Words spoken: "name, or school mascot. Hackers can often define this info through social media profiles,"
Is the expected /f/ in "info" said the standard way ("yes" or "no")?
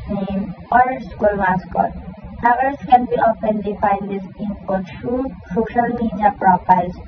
no